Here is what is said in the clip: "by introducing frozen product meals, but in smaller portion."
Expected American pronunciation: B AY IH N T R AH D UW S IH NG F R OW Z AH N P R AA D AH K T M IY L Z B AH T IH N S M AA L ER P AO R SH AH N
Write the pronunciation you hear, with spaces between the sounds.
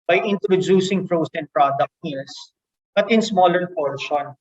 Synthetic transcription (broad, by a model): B AY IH N T R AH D UW S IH NG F R OW S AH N P R AA D AH K T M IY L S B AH T IH N S M AA L ER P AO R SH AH N